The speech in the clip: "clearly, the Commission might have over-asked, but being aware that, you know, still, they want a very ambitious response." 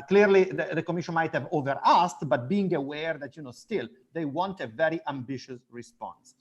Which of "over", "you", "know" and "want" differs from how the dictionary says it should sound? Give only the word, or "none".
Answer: none